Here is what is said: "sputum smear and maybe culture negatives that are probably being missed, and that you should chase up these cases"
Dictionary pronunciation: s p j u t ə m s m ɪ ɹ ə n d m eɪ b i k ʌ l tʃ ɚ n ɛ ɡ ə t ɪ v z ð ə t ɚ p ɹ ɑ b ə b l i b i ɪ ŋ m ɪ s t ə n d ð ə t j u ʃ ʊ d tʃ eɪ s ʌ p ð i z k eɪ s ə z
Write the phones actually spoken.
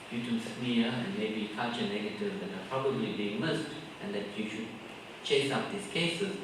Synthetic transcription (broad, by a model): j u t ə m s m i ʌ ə n m eɪ b i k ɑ tʃ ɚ n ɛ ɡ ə t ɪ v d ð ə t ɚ p ɹ ɑ b ə b l i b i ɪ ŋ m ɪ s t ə n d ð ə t j u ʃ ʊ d tʃ eɪ s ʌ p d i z k eɪ s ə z